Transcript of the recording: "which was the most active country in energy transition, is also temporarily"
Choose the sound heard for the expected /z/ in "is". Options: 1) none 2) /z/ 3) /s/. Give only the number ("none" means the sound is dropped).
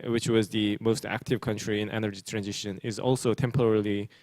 2